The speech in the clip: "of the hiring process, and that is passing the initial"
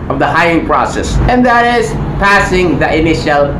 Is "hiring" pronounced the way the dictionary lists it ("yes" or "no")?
no